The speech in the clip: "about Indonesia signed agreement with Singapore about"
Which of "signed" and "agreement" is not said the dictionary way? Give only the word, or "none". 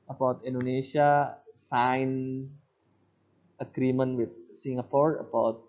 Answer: signed